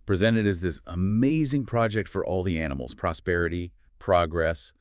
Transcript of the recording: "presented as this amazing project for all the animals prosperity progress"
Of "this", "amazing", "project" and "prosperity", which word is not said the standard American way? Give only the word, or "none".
none